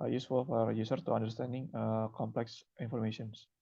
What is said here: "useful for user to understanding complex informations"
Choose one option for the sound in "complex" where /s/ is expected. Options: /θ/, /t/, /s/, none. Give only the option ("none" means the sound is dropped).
/s/